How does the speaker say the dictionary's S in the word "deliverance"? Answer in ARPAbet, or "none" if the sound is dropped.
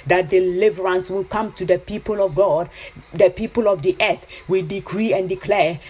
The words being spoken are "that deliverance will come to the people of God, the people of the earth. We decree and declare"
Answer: S